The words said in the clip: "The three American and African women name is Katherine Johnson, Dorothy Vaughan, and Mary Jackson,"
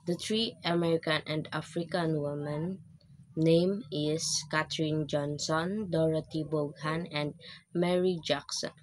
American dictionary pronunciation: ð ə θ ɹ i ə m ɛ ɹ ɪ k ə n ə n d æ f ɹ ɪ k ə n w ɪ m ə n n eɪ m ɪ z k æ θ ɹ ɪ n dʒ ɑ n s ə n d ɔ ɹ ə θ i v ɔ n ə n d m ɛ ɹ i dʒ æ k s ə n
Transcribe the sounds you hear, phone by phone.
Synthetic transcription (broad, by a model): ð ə t ɹ i ə m ɛ ɹ ɪ k ə n ə n d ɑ f ɹ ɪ k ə n w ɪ m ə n n eɪ m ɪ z k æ t ɹ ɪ n dʒ ɑ n s ə n d ɔ ɹ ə t i b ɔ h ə n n m ɛ ɹ i dʒ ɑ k s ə n